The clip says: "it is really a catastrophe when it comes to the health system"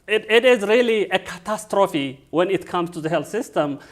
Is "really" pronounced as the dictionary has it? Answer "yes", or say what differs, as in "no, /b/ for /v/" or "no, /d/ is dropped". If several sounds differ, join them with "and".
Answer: yes